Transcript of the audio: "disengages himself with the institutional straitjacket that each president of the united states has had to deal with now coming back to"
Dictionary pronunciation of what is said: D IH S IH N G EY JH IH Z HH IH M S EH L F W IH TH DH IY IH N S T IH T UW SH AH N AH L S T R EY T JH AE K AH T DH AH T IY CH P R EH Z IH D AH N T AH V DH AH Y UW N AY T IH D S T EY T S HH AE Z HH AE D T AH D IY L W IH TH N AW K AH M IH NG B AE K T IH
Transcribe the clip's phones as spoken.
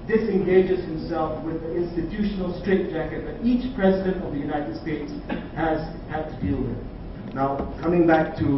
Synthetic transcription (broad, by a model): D IH S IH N G EY JH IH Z HH IH M S EH L F W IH DH IY IH N S T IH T UW SH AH N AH L S T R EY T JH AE K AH T DH AH T IY CH P R EH Z IH D AH N T AH V DH AH Y UW N AY T IH D S T EY T S HH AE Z HH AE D T AH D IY L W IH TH N AW K AH M IH NG B AE K T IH